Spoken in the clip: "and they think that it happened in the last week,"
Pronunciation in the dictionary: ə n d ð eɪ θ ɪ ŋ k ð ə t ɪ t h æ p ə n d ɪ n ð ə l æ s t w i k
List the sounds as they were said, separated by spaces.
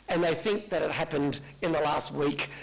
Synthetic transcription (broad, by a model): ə n ð eɪ θ ɪ ŋ k ð ə t ɪ t h æ p ə n d ɪ n ð ə l æ s t w i k